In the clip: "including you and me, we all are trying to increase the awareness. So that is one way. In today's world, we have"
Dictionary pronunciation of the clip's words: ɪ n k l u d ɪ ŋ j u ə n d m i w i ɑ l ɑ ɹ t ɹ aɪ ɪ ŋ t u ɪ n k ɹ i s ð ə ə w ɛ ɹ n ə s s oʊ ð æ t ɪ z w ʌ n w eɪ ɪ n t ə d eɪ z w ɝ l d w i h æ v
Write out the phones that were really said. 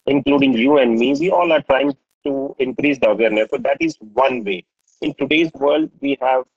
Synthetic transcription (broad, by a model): ɪ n k l u d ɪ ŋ j u ə n d m i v i ɑ l ɑ ɹ t ɹ aɪ ɪ ŋ t u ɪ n k ɹ i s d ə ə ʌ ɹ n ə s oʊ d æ t ɪ z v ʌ n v eɪ ɪ n t ə d eɪ z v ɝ l d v i h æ v